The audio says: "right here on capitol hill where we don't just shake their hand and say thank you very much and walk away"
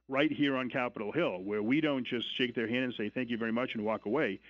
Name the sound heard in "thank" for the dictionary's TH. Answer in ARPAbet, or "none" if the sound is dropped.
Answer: TH